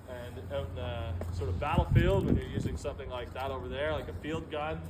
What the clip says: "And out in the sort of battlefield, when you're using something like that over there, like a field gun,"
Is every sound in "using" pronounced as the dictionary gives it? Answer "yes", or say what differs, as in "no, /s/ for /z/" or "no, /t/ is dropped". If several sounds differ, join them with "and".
yes